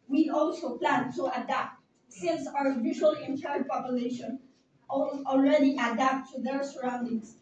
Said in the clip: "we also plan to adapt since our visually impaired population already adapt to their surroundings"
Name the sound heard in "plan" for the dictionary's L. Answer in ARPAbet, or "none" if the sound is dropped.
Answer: L